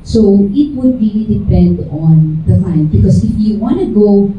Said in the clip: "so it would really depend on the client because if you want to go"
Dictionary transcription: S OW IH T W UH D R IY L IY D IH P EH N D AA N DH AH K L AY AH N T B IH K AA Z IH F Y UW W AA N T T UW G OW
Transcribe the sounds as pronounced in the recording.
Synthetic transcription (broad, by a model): S OW IH T W UH D R IY L IY D IH P EH N D AA N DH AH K AY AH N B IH K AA S IH F Y UW W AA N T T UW G OW